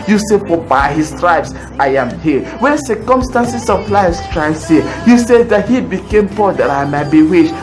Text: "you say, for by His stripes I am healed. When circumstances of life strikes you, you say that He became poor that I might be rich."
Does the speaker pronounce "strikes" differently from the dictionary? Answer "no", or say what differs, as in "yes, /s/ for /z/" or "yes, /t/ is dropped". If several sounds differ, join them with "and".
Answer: yes, /k/ is dropped